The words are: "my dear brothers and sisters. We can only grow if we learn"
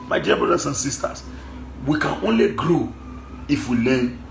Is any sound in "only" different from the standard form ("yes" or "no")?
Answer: no